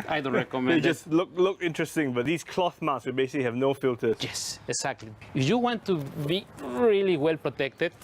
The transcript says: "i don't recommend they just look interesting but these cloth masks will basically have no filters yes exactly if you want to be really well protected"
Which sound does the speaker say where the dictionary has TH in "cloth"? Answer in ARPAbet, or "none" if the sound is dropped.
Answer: TH